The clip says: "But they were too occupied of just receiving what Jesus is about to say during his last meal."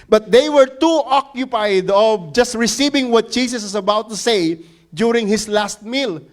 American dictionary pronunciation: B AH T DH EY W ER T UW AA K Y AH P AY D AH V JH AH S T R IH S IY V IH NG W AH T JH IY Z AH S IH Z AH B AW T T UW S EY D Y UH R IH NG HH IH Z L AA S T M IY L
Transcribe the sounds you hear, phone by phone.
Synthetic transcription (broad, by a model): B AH T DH EY W ER T UW AA K Y AH P AY D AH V JH AH S T R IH S IY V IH NG W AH T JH IY S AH S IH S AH B AW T T UW S EY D Y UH R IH NG HH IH S L AA S T M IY L